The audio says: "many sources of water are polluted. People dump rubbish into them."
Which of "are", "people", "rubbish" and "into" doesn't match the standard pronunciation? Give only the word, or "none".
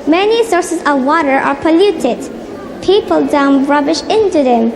none